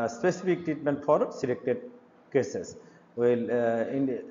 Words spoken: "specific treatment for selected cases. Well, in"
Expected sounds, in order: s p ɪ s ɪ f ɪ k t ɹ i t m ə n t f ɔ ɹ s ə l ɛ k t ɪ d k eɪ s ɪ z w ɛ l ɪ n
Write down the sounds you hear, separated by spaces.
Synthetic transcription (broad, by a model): s p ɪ s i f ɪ k t ɹ i t m ə n t f ɔ ɹ s ə l ɛ k t ɪ d k eɪ s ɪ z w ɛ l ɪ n